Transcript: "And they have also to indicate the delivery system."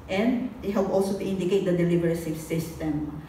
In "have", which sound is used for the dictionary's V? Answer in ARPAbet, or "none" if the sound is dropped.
P